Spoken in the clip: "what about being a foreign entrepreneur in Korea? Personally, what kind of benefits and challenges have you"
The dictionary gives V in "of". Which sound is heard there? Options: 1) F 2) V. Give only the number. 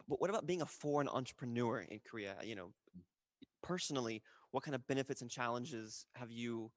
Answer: 2